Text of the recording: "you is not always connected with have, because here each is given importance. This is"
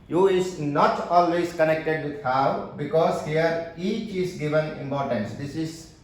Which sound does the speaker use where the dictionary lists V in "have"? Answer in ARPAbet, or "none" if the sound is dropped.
W